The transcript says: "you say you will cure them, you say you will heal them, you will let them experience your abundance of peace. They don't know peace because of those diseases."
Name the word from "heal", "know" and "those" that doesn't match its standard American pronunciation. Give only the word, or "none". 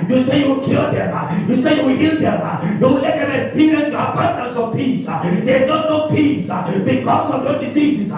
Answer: those